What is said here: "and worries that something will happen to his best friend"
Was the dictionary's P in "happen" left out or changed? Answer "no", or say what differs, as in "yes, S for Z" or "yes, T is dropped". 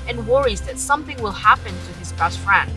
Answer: no